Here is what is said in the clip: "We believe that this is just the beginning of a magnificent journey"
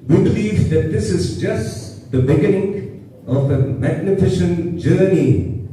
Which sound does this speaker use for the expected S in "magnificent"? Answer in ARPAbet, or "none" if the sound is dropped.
SH